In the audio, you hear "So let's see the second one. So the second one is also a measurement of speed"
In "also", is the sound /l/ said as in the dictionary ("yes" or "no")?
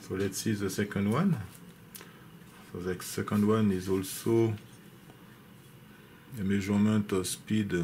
yes